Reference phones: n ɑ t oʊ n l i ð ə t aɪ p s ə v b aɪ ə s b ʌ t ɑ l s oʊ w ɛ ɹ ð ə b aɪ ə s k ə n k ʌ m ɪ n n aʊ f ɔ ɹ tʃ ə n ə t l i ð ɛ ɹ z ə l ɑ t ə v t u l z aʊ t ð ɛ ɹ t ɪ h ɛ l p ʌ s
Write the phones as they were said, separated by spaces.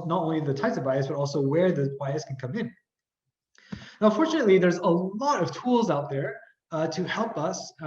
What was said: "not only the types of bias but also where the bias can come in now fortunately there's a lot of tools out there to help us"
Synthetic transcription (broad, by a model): n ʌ t oʊ n l i ð ə t aɪ p s ə v b aɪ ə s b ʌ t ɑ l s oʊ w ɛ ɹ ð ə b aɪ ə s k n k ʌ m ɪ n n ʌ f ɔ ɹ tʃ ə n ə t l i ð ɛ ɹ z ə l ɑ t ə v t u l z aʊ t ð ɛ ɹ t ɪ h ɛ l p ʌ s